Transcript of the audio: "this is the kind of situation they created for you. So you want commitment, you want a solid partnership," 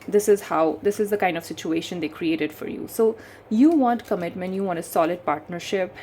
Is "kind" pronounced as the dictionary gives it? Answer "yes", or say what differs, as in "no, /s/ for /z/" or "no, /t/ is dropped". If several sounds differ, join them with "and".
yes